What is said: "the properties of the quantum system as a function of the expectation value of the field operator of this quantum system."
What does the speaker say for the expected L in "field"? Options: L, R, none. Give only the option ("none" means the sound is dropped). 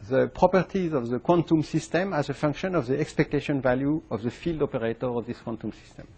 L